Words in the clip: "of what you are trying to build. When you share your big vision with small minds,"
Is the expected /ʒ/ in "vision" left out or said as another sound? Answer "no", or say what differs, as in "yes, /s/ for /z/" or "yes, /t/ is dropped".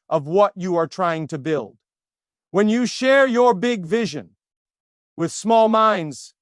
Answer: no